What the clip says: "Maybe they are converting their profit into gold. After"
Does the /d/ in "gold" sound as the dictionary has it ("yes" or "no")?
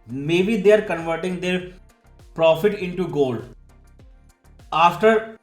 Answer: no